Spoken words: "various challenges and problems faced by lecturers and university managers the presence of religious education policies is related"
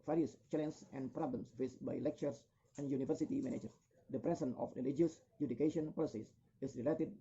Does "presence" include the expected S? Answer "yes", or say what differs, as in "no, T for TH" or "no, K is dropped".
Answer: no, S is dropped